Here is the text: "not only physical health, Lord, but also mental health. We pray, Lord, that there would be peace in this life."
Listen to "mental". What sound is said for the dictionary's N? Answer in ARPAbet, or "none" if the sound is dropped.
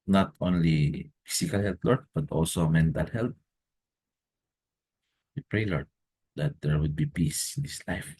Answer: N